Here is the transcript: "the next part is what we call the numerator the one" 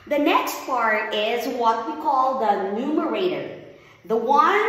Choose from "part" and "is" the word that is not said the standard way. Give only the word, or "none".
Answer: none